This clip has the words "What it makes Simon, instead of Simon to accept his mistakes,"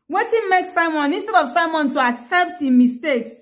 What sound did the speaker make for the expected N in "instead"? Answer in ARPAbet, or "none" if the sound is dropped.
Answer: N